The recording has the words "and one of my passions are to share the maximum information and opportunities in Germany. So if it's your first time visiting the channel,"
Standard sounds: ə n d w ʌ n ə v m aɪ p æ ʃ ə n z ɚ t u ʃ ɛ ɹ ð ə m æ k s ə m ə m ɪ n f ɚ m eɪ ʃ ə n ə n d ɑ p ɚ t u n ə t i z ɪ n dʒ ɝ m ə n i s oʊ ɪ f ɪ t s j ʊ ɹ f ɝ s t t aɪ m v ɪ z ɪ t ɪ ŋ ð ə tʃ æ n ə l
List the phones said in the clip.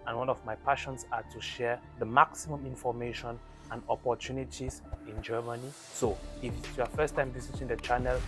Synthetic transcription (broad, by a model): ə n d w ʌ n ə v m aɪ p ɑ ʃ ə n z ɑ t u ʃ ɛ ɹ ð ə m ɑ k s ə m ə m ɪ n f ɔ m eɪ ʃ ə n ə n d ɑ p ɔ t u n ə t i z ɪ n dʒ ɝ m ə n i s oʊ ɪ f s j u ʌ f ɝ s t t aɪ m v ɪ s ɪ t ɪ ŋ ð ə tʃ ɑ n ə l